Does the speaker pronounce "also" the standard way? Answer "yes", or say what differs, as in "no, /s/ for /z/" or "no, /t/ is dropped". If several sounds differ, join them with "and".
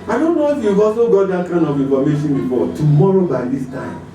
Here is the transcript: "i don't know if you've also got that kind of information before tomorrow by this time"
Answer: no, /l/ is dropped